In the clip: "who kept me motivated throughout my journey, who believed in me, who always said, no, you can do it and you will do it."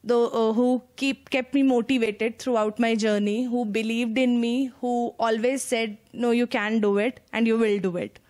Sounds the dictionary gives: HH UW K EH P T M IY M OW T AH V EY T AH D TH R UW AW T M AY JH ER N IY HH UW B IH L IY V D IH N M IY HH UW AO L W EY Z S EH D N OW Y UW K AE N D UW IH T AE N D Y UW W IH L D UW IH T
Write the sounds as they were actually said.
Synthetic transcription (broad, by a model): HH UW K EH P T M IY M OW T AH V EY T AH D T R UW AW T M AY JH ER N IY HH UW B IH L IY V D IH N M IY HH UW AO L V EY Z S EH D N OW Y UW K AE N D UW IH T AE N D Y UW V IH L D UW IH T